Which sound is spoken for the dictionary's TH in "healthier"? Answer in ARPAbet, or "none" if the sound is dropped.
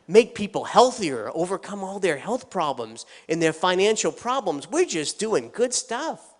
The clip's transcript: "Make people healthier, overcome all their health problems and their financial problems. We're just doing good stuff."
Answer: TH